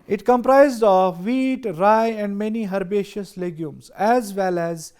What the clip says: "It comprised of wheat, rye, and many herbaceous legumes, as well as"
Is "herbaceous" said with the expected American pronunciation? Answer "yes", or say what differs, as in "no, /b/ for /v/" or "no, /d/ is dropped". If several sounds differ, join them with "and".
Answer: yes